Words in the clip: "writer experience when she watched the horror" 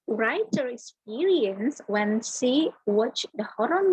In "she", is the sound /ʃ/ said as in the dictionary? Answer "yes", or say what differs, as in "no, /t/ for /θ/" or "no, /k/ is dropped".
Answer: no, /s/ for /ʃ/